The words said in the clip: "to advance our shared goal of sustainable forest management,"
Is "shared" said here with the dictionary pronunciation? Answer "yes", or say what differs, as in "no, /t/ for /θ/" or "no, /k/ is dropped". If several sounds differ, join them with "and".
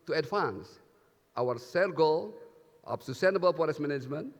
no, /s/ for /ʃ/